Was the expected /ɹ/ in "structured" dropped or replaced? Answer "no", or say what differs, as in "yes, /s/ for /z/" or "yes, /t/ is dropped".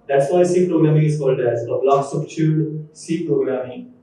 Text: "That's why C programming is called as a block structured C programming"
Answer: yes, /ɹ/ is dropped